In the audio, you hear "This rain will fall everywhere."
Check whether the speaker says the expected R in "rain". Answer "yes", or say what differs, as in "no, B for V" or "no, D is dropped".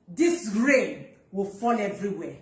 yes